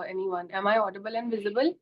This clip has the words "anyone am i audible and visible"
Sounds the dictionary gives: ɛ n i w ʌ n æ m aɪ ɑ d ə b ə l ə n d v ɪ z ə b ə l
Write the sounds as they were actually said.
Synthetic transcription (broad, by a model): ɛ n i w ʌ n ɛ m aɪ ɑ d ə b ə l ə n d v ɪ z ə b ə l